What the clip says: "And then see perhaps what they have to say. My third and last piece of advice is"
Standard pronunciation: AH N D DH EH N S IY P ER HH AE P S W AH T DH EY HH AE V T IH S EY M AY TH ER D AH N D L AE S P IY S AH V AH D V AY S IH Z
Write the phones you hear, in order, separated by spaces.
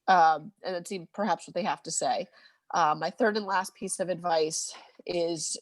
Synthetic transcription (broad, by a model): AH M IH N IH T S IY P ER HH AE P S W AH T DH EY HH AE F T IH S EY M AY TH ER D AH N L AE S P IY S AH V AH D V AY S IH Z